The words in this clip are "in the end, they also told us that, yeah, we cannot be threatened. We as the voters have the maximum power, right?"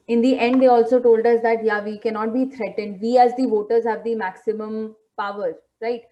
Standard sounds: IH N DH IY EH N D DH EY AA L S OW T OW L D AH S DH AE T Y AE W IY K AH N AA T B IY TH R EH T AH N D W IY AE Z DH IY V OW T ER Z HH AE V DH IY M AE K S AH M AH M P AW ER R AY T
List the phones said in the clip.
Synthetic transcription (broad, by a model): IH N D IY EH N D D EY AA L S OW T OW L D AH S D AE T Y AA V IY K AH N AA T B IY T R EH T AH N D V IY AE Z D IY V OW T ER Z HH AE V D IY M AE K S AH M AH M P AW ER R AY T